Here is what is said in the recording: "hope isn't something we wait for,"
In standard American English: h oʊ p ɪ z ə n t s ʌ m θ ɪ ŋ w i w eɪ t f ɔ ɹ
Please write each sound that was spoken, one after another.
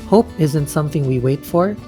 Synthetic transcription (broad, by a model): h oʊ p ɪ z ə n t s ʌ m θ ɪ ŋ w i w eɪ t f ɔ ɹ